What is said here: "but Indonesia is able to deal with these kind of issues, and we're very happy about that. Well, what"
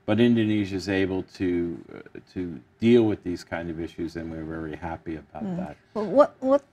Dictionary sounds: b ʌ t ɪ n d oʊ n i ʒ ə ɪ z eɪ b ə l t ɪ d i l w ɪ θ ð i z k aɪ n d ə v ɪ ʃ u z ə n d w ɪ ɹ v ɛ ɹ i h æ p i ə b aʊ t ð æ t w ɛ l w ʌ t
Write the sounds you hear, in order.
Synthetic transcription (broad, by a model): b ʌ t ɪ n d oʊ n i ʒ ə ɪ z eɪ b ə l t ɪ d i l w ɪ ð i z k aɪ n d ə v ɪ ʃ u z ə n w ɪ ɹ v ɛ ɹ i h æ p i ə b aʊ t ð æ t w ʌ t w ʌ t